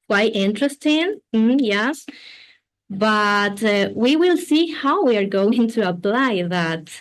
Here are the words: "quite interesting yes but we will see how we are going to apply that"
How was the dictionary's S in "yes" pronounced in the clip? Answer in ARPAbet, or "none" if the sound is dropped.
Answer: S